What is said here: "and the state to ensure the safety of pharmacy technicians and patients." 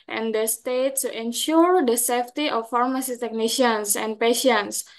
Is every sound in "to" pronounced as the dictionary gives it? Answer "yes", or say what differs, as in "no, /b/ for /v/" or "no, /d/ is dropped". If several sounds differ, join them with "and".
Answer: no, /s/ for /t/